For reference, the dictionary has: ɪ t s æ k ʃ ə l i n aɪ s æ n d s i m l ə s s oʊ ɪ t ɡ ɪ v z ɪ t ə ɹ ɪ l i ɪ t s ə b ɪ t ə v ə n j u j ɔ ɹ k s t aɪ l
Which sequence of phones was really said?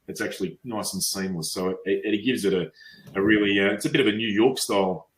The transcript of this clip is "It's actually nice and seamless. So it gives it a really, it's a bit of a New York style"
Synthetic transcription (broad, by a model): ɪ t s æ k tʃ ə l i n aɪ s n s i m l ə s s oʊ ɪ t ɡ ɪ v z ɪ t ə ɹ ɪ l i ɪ t s ə b ɪ t ə v ə n j u j ɔ ɹ k s t aɪ l